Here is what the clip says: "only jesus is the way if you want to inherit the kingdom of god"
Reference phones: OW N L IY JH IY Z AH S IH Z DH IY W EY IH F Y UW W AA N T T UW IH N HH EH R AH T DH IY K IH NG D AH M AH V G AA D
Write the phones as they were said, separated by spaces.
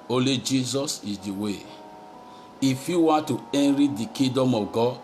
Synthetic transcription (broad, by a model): OW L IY JH IY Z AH S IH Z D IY W EY IH F Y UW W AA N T T UW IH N R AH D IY K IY D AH M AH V G AA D